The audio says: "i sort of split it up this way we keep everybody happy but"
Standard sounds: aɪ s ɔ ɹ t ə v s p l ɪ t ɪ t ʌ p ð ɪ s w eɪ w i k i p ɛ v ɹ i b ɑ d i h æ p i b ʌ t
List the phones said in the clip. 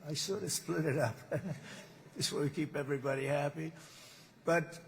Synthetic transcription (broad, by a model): aɪ s ɔ ɹ t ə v s p l ɪ t ɪ t ʌ p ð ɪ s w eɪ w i k i p ɛ v ɹ i b ɑ d i h æ p i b ʌ t